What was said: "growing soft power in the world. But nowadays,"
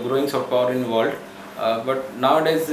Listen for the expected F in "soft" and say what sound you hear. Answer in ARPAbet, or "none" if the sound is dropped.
none